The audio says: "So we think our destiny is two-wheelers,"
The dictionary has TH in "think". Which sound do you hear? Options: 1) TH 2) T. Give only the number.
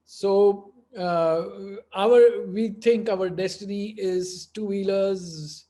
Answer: 2